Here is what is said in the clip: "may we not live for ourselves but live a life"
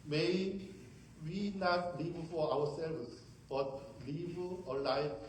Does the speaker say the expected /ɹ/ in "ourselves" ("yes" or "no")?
no